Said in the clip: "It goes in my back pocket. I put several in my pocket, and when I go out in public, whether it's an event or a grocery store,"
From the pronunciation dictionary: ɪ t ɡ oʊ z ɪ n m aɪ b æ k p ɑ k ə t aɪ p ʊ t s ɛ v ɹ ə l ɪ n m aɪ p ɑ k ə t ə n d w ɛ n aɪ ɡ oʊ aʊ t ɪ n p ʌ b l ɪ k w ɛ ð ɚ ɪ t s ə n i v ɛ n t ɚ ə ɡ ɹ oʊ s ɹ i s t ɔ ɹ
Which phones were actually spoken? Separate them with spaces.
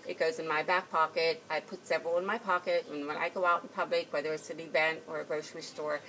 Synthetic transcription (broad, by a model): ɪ t ɡ oʊ z ɪ n m aɪ b æ k p ɑ k ə t aɪ p ʊ t s ɛ v ɹ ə l ɪ n m aɪ p ɑ k ə t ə n w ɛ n aɪ ɡ oʊ aʊ t n p ʌ b l ɪ k w ɛ ð ɚ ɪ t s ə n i b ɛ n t ɚ ə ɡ ɹ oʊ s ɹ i s t ɔ ɹ